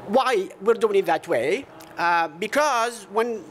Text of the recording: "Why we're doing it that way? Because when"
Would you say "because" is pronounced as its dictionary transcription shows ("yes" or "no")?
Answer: yes